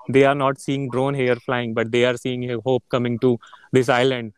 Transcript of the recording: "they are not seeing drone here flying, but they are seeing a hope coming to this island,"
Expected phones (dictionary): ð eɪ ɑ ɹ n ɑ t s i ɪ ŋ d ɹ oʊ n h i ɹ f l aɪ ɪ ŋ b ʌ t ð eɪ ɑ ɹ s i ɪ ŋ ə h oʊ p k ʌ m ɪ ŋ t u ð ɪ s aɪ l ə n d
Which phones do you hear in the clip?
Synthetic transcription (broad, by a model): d eɪ ɑ ɹ n ɑ t s i ɪ ŋ d ɹ oʊ n h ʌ ɹ f l aɪ ɪ ŋ b ʌ t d eɪ ɑ ɹ s i ɪ ŋ h oʊ p k ʌ m ɪ ŋ t u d ɪ s aɪ l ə n d